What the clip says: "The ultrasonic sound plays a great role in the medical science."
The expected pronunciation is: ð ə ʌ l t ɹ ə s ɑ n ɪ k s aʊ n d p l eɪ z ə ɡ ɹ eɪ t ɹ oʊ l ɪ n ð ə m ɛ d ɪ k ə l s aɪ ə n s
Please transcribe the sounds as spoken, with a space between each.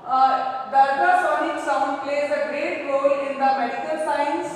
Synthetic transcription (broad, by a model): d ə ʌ t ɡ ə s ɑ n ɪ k s aʊ n d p l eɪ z ə ɡ ɹ eɪ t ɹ oʊ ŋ ɪ n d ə m ɛ d ɪ k ə l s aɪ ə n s